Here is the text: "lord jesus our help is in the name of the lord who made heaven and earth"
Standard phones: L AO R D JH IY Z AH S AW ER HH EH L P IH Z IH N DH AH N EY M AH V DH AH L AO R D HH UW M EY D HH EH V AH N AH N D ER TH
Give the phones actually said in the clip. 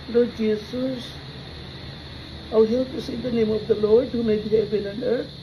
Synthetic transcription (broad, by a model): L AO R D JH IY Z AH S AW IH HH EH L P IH S IH N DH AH N EY M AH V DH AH L AO R D HH UW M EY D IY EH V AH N AH N D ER